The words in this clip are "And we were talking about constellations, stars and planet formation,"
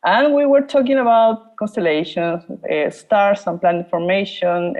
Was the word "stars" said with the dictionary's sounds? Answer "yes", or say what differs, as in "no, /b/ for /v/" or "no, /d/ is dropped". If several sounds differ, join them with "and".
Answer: no, /s/ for /z/